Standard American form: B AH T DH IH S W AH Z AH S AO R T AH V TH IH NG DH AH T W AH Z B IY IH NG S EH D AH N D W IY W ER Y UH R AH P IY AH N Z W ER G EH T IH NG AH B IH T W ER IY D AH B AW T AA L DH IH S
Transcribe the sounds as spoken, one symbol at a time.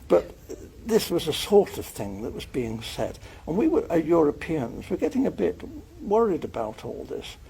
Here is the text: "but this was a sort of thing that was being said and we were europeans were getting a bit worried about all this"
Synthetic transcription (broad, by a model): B AH T DH IH S W AH Z AH S AO R T AH V TH IH NG DH AH T W AH Z B IY IH NG S EH D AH N W IY W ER Y UH R AH P IY AH N Z W ER G EH T IH NG AH B IH T W ER IY D AH B AW T AA L DH IH S